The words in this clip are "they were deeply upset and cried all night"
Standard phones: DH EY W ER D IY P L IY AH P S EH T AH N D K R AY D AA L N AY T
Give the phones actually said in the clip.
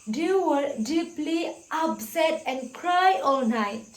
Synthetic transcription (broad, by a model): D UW W ER D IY P L IY AH P S EH T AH N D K R AY AA L N AY T